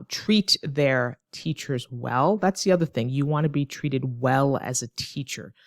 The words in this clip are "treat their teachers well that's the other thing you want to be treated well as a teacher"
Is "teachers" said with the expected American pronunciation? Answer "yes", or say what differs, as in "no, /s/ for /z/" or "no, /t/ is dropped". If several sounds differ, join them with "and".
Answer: yes